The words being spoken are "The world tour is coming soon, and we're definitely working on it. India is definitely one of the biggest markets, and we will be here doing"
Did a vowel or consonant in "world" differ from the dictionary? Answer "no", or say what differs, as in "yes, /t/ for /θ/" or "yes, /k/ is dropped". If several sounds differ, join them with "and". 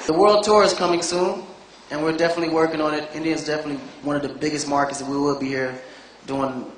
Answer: no